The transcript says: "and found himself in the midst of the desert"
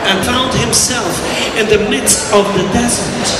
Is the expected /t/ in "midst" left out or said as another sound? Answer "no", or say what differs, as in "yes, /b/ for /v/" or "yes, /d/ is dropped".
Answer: no